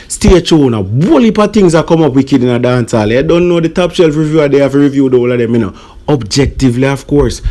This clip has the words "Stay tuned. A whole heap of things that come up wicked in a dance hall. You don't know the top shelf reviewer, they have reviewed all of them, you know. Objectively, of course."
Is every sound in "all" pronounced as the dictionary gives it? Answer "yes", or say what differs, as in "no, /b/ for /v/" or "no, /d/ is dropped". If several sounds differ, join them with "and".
yes